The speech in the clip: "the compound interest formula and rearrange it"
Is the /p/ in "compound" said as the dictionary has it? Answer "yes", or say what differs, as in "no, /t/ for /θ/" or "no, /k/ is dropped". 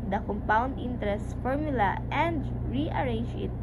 yes